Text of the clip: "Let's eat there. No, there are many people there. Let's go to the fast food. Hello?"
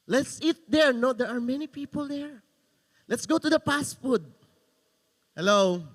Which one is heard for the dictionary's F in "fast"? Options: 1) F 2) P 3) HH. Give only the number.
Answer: 2